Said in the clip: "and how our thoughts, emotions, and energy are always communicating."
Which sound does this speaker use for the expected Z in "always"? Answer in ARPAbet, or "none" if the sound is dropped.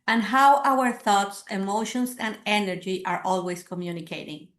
S